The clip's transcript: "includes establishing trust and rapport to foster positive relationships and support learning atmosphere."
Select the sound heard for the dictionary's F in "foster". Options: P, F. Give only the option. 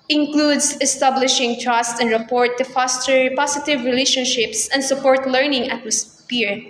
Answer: P